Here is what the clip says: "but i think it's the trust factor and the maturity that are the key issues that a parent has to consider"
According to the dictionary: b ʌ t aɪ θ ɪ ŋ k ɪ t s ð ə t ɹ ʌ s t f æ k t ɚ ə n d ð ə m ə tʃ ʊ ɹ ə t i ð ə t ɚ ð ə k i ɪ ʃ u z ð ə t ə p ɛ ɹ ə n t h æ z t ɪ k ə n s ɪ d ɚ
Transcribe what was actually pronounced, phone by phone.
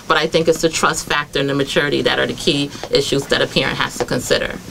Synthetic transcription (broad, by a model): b ʌ t aɪ θ ɪ ŋ k ɪ t s ð ə t ɹ ʌ s t f æ k t ɚ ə n ð ə m ə tʃ ʊ ɹ ə t i ð ə t ɚ ð ə k i ɪ ʃ u z ð ə t ə p ɛ ɹ ə n t h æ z t ɪ k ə n s ɪ d ɚ